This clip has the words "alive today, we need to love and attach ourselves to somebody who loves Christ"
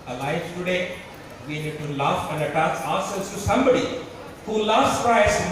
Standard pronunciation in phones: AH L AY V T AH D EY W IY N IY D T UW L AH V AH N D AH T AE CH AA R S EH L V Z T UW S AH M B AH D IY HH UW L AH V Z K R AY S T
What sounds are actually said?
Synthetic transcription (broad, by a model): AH L AY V T AH D EY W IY N IY D T UW L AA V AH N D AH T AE S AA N S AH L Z T UW S AH M B AH D IY HH UW L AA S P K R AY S